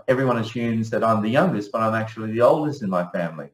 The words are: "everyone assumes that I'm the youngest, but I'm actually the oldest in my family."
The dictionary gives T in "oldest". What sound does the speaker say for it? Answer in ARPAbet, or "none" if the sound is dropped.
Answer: T